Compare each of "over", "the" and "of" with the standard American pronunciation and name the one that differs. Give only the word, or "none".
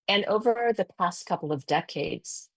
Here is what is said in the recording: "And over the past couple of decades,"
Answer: none